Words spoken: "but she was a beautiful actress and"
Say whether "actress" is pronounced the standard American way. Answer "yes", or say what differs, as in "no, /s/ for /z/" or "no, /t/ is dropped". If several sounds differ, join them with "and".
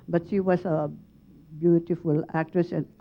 yes